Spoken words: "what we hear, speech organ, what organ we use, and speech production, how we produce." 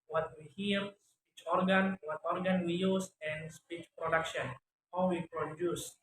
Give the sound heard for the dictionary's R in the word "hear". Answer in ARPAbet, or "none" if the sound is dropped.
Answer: L